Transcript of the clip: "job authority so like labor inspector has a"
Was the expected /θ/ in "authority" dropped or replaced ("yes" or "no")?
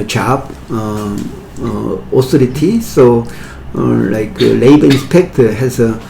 yes